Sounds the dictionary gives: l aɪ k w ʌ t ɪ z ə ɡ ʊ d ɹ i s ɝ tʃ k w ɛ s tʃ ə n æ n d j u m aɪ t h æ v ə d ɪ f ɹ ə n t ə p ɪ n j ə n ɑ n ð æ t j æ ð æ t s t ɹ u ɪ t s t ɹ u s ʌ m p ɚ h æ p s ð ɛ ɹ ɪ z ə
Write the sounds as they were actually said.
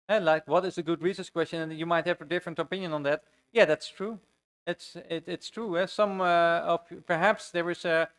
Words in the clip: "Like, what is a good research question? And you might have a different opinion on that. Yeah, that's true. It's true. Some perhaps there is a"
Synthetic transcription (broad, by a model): l aɪ k w ʌ t ɪ z ə ɡ ʊ d ɹ i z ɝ s k w ɛ s tʃ ə n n j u m aɪ t h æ v ə d ɪ f ɹ ə n t ə p ɪ n j ə n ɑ n ð æ t j æ ð æ t s t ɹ u ɪ t s t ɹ u s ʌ m p ɚ h æ p s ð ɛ ɹ ɪ z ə